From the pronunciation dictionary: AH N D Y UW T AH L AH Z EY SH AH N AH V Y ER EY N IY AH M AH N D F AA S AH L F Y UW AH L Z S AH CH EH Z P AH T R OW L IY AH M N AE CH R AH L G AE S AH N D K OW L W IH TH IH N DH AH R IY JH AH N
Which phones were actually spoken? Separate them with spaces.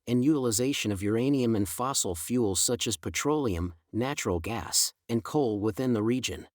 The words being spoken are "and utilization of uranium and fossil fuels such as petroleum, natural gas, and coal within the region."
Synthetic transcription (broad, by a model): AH N Y UW T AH L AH Z EY SH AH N AH V Y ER EY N IY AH M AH N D F AA S L F Y UW L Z S AH CH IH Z P AH T R OW L IY AH M N AE CH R L G AE S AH N K OW L W IH TH IH N DH AH R IY JH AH N